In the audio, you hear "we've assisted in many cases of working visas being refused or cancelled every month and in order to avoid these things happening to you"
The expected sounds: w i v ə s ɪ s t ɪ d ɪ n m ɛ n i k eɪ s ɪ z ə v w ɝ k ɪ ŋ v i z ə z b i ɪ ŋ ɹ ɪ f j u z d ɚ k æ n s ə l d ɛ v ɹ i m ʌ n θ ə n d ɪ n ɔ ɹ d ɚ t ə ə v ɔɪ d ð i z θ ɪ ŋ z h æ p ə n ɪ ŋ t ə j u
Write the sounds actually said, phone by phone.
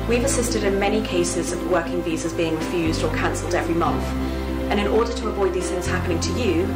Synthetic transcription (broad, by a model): w i v ə s ɪ s t ɪ d ɪ n m ɛ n i k eɪ s ɪ z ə v w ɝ k ɪ ŋ v i z ə z b i ɪ ŋ ɹ ɪ f j u z d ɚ k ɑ n s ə l d ɛ v ɹ i m ʌ n θ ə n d ɪ n ɔ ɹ d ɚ t ə ə v ɔɪ d ð i z θ ɪ ŋ z h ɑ p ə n ɪ ŋ t ə j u